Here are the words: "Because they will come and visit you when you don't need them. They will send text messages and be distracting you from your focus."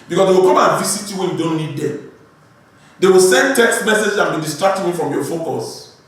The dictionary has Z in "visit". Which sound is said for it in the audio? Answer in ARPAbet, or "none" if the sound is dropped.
S